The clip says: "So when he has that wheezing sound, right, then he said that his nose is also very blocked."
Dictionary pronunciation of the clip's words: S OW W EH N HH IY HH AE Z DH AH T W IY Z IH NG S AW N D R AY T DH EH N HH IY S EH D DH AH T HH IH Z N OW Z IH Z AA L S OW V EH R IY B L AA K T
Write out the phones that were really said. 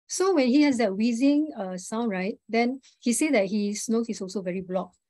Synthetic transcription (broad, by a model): S OW W EH N HH IY HH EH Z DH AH T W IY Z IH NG S AW N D R AY T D EH N HH IY S EH D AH T HH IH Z N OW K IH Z AA L S OW V EH R IY B L AA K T